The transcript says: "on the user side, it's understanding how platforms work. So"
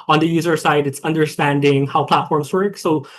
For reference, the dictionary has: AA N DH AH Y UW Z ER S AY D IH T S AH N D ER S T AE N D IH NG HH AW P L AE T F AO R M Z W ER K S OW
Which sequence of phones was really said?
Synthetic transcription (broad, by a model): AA N DH AH Y UW Z ER S AY D IH T S AH N D ER S T AE N D IH NG HH AW P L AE T F AO R M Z W ER K S OW